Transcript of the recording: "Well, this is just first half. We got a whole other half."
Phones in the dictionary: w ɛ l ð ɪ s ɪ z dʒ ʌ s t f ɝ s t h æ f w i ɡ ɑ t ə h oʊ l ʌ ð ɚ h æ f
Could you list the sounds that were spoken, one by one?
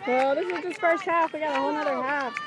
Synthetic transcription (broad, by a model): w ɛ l ð ɪ s ɪ z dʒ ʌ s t f ɝ s t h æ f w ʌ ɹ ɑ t ə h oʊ n ʌ ð ɚ h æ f